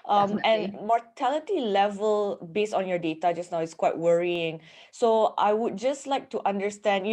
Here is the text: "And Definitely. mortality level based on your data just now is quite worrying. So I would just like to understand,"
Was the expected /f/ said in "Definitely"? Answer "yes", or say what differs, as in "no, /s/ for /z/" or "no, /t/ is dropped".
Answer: no, /f/ is dropped